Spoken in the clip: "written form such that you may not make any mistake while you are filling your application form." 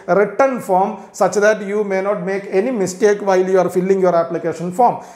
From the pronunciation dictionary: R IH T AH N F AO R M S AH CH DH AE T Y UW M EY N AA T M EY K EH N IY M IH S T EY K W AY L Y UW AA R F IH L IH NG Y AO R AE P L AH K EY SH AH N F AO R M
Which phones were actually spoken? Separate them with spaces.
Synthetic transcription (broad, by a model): R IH T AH N F AO R M S AH CH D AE T Y UW M EY N AA T M EY K EH N IY M IH S T EY K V AY L Y UW AA R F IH L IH NG Y AO R AE P L AH K EY SH AH N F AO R M